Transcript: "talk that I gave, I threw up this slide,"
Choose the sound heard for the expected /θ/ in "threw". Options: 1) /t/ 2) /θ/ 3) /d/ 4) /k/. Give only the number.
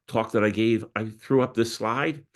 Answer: 2